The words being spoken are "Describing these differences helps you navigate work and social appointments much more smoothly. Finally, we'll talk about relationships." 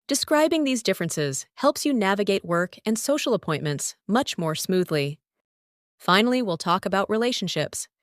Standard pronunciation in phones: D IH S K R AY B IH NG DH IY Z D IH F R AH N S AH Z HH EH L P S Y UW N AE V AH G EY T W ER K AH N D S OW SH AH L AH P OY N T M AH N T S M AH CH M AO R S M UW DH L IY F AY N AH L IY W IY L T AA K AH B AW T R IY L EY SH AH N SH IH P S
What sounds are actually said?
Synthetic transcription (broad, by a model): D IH S K R AY B IH NG DH IY Z D IH F R AH N S AH Z HH EH L P S Y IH N AE V AH G EY T W ER K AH N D S OW SH L AH P OY N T M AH N T S M AH CH M AO R S M UW DH L IY F AY N L IY W IY L T AA K AH B AW T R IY L EY SH N SH IH P S